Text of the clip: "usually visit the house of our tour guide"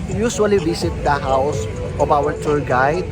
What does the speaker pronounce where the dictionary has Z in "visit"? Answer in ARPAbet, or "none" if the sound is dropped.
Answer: S